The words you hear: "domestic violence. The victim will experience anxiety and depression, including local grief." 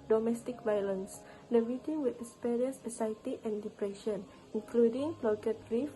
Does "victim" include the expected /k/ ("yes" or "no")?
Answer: no